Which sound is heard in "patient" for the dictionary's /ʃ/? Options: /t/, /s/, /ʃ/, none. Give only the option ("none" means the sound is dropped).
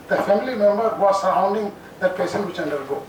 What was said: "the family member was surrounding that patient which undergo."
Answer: /s/